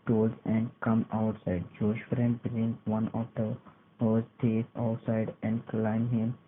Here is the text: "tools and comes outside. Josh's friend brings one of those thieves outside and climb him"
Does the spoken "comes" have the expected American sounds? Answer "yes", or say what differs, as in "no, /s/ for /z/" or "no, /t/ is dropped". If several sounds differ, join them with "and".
no, /z/ is dropped